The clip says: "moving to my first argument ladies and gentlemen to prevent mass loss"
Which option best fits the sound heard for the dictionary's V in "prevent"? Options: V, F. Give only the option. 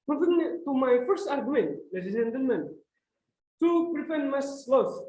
F